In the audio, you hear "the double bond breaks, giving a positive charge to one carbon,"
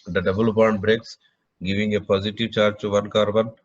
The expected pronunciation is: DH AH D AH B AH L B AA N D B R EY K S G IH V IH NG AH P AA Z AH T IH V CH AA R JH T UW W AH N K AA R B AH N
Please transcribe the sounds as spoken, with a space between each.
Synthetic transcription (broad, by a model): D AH D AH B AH L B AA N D B R EY K S G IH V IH NG AH P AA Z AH T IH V CH AA R JH T UW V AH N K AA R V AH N